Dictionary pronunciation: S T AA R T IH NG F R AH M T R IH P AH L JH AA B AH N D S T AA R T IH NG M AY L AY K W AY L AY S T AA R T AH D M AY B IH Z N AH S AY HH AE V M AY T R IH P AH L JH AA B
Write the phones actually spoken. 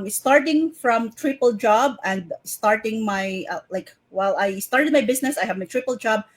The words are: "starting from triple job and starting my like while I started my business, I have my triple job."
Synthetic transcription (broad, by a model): S T AA R T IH NG F R AH M T R IH P AH L JH AA B AH N D S T AA R T IH NG M AY L AY K W AY L AY S T AA R T AH D M AY B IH S N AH S AY HH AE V M AY T R IH P AH L JH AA B